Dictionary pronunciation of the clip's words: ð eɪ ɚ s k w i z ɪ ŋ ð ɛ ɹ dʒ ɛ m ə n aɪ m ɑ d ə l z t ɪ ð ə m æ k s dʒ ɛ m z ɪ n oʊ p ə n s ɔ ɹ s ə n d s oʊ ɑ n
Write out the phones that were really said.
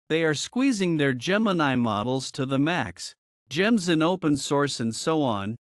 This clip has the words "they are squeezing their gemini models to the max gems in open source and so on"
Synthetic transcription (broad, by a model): ð eɪ ɚ s k w i z ɪ ŋ ð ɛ ɹ dʒ ɛ m ə n aɪ m ɑ d l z t ɪ ð ə m æ k s dʒ ɛ m z ɪ n oʊ p ə n s ɔ ɹ s ə n d s oʊ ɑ n